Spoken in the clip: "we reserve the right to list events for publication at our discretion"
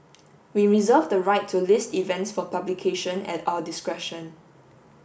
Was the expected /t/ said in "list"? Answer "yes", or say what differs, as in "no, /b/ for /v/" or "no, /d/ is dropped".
yes